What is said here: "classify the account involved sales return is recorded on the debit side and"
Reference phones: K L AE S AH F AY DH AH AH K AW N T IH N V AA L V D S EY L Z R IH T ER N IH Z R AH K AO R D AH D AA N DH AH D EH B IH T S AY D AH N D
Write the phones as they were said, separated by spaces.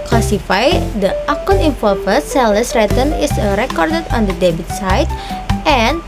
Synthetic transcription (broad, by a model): K L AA S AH F AY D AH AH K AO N IH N F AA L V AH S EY L S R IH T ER N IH S R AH K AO R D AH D AA N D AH D EH B IH T S AY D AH N